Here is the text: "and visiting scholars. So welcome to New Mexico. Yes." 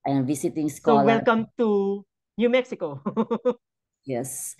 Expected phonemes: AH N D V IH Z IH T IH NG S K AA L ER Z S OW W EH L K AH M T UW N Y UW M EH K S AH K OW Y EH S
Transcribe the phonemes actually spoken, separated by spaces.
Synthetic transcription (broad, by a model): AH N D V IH S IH T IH NG S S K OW W EH L K AH M T UW N Y UW M EH K S AH K OW Y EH S